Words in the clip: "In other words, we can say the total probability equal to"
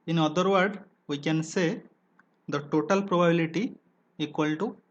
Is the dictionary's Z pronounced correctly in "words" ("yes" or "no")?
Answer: no